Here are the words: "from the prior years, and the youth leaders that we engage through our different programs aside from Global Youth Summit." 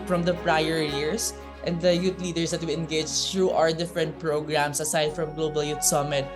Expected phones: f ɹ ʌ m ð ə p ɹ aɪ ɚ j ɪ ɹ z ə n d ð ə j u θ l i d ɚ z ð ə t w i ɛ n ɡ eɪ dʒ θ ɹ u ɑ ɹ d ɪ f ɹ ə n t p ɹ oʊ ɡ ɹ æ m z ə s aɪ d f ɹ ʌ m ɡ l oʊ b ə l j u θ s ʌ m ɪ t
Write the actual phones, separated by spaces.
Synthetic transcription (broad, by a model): f ɹ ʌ m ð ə p ɹ aɪ ɚ j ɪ ɹ s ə n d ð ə j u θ l i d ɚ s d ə t w i ɛ n ɡ eɪ dʒ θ ɹ u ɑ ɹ d ɪ f ɹ ə n t p ɹ oʊ ɡ ɹ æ m s ə s aɪ d f ɹ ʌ m ɡ l oʊ b ə l j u t s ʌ m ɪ t